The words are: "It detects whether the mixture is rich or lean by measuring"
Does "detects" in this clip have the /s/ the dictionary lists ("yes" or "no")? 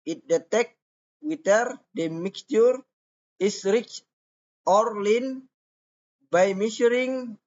no